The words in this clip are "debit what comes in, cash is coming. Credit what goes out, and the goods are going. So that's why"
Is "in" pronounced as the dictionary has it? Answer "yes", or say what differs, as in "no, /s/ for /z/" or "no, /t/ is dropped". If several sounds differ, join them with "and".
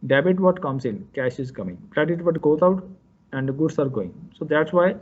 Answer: no, /l/ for /n/